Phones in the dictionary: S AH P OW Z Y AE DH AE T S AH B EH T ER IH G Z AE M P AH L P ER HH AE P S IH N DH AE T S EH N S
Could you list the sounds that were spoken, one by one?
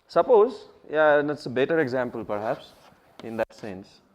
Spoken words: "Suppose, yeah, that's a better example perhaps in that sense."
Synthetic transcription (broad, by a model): S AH P OW Z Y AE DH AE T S AH B EH T ER IH G Z AE M P AH L P ER HH AE P S IH N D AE T S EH N S